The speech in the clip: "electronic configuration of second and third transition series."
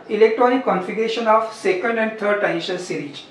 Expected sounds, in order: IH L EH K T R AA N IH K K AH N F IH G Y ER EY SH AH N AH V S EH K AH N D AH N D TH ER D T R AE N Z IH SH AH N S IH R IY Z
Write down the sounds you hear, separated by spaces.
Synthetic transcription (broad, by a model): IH L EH K T R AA N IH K K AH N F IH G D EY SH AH N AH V S EH K AH N D AH N D T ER D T AE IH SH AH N S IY R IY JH